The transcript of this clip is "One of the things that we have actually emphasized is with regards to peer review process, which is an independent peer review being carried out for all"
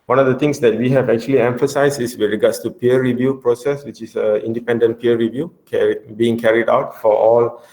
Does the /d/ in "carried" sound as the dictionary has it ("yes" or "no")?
yes